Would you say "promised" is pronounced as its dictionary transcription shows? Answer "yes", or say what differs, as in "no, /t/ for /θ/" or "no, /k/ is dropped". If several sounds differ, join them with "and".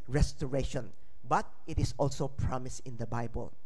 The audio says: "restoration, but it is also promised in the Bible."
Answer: no, /t/ is dropped